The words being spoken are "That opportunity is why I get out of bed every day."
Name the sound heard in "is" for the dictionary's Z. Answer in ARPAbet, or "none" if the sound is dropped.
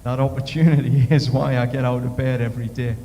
Z